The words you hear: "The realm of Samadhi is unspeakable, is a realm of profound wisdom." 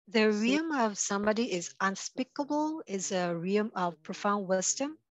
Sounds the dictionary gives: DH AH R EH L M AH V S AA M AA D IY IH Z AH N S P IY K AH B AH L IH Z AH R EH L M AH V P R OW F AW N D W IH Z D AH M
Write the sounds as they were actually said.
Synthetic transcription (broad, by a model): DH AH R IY M AH V S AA M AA D IY IH Z AH N S P IY K AH B AH L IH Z AH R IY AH M AH V P R OW F AW N D W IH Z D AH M